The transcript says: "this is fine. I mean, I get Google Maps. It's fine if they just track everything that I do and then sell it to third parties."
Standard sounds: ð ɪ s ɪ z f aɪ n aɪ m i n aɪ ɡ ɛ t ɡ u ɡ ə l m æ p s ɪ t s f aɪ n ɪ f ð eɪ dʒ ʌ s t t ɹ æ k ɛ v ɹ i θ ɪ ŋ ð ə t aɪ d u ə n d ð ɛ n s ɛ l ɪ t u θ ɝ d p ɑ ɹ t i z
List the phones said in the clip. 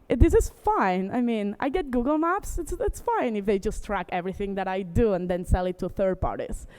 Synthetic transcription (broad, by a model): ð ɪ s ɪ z f aɪ n aɪ m i n aɪ ɡ ɛ t ɡ u ɡ ə l m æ p s ɪ t s f aɪ n ɪ f ð eɪ dʒ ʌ s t t ɹ æ k ɛ v ɹ i θ ɪ ŋ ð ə t aɪ d u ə n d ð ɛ n s ɛ l ɪ t u θ ɝ d p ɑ ɹ t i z